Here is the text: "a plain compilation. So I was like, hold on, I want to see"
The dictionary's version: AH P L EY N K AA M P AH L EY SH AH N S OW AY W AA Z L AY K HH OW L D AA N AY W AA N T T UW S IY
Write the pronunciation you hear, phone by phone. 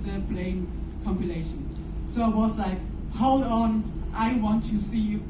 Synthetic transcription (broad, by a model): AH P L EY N K AA M P AH L EY SH AH N S OW AY W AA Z L AY K HH OW L D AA N AY W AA N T T UW S IY